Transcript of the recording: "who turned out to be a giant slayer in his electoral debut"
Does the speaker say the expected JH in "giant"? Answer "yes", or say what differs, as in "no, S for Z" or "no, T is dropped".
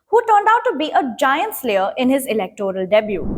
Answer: yes